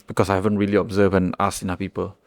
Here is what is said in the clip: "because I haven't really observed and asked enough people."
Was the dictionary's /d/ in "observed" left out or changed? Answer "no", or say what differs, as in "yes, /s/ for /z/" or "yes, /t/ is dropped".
yes, /d/ is dropped